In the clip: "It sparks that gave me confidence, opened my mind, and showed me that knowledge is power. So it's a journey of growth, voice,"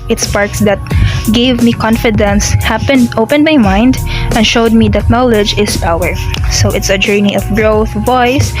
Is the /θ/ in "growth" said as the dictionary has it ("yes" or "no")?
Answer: yes